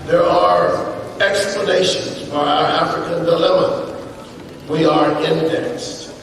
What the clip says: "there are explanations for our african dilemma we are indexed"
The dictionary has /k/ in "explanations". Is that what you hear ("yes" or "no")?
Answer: yes